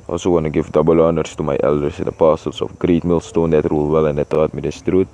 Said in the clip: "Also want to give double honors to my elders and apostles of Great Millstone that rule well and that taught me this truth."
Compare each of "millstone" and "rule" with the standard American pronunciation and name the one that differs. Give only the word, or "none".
none